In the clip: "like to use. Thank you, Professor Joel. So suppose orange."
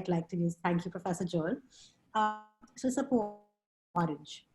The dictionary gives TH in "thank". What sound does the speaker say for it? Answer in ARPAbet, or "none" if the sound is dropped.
T